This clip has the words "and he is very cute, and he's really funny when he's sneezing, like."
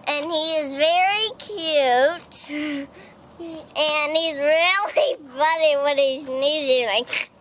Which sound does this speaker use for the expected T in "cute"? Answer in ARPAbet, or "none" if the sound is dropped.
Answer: T